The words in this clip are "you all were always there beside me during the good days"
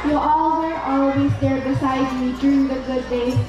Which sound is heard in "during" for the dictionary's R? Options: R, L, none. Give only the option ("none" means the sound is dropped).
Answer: R